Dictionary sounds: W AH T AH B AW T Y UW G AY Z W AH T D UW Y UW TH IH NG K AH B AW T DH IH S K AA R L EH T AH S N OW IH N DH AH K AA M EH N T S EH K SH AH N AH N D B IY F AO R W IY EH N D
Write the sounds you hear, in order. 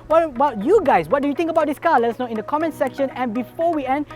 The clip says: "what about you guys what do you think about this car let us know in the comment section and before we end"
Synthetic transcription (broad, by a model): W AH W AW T Y UW G AY S W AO T D UW Y UW T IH NG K AH B AW T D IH S K AA L EH T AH S N OW IH N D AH K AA M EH N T S EH K SH AH N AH N B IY F AO W IY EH N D